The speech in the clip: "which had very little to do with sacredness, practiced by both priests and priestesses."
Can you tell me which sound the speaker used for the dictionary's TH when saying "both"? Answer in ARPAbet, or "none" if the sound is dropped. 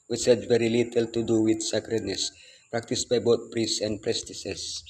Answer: T